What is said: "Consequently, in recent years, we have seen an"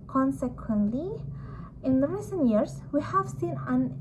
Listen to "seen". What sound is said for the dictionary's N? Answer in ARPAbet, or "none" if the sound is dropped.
N